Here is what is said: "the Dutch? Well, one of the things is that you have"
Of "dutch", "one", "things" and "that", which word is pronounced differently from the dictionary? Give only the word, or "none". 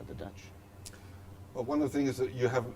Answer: things